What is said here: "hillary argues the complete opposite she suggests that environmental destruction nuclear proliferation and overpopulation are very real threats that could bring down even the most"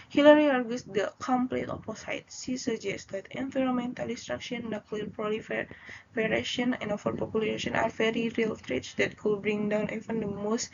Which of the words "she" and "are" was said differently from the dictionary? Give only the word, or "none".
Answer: she